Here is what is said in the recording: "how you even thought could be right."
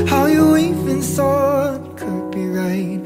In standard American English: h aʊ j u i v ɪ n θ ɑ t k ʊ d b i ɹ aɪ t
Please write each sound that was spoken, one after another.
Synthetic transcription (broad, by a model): h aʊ j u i f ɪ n s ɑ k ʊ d b i ɹ aɪ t